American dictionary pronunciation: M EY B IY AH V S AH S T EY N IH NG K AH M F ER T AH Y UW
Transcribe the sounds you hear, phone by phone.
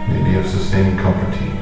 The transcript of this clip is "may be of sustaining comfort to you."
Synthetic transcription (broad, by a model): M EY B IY AH V S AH S T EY IH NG K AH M P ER T AH